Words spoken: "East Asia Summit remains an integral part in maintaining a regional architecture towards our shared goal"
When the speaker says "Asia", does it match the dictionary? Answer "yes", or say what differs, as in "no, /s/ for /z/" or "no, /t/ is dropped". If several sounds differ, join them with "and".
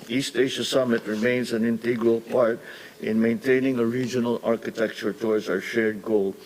no, /ʃ/ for /ʒ/